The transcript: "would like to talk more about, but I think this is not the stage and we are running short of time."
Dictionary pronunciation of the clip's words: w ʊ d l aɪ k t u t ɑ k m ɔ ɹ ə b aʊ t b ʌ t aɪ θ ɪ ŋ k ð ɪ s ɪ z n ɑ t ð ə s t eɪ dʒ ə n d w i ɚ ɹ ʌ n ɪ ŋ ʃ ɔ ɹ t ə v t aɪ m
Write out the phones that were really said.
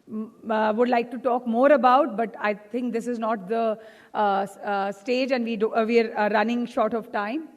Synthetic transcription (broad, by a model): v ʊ d l aɪ k t u t ɑ k m ɔ ɹ ə b aʊ t b ʌ t aɪ t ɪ ŋ k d ɪ s ɪ z n ɑ t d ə s t eɪ dʒ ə n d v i ɚ ɹ ʌ n ɪ ŋ ʃ ɔ ɹ t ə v t aɪ m